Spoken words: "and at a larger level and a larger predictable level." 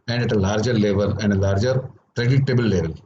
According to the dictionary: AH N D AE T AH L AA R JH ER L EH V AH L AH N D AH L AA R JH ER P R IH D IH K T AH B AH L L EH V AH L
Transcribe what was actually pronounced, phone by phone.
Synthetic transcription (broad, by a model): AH N D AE T AH L AA R JH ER L EH V AH L AH N D AH L AA R JH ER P R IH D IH T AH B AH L L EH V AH L